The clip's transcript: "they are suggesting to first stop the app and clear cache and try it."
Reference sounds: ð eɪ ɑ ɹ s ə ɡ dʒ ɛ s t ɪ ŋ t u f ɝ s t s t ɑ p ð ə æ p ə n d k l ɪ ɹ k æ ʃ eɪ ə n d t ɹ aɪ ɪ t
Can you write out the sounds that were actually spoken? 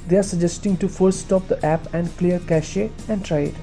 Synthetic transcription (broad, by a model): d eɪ ɑ ɹ s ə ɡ dʒ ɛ s t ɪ ŋ t u f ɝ t s t ɑ p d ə æ p ə n d k l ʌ ɹ k æ ʃ eɪ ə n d t ɹ aɪ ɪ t